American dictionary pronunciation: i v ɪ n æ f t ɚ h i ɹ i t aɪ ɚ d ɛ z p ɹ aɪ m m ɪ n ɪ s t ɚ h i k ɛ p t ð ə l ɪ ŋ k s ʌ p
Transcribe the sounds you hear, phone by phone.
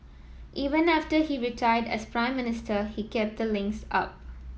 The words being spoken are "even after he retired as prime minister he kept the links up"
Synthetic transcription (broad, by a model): i v ɪ n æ f t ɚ h i ɹ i t aɪ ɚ d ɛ s p ɹ aɪ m m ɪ n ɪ s t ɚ h i k ɛ p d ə l ɪ ŋ k s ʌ p